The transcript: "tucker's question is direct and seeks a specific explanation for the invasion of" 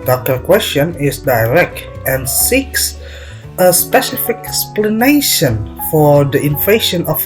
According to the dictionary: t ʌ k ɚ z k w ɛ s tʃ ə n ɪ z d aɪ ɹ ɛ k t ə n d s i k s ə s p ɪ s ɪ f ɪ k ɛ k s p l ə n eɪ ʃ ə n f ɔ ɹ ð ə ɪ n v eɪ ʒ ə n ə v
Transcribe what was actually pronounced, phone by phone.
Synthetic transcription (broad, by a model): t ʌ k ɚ k w ɛ s tʃ ə n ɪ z d aɪ ɹ ɛ k t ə n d s i k s ə s p ɪ s ɪ f ɪ k ɛ k s p l ə n eɪ ʃ ə n f ɔ ɹ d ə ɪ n f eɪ ʃ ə n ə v